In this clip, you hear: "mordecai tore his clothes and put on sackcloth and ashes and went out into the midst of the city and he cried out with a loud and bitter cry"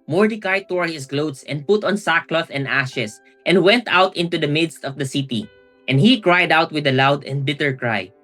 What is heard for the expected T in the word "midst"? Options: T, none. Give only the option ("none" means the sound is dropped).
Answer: T